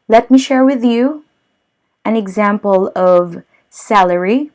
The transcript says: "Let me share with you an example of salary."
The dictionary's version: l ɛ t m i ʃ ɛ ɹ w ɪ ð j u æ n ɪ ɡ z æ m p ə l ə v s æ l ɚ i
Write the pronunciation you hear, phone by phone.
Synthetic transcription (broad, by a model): l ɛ t m i ʃ ɛ ɹ w ɪ ð j u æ n ɪ ɡ z æ m p ə l ə v s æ l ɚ i